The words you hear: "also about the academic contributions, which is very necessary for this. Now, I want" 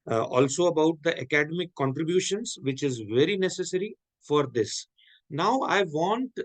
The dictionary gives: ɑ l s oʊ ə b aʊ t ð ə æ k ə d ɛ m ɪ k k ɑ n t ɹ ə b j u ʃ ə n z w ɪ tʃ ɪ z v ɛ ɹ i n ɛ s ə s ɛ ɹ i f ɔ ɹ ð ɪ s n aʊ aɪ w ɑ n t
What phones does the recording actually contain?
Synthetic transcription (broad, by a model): ɑ l s oʊ ə b aʊ t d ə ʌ k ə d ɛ m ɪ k k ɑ n t ɹ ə b j u ʃ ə n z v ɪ tʃ ɪ z v ɛ ɹ i n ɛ s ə s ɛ ɹ i f ɔ ɹ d ɪ s n aʊ aɪ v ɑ n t